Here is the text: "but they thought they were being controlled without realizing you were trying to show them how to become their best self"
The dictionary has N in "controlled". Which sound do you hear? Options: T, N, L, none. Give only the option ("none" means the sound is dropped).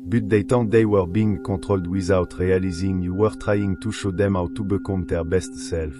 none